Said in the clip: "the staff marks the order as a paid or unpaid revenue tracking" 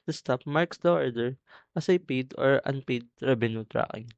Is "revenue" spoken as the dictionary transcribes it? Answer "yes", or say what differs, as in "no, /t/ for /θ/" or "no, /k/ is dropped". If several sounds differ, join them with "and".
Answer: no, /b/ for /v/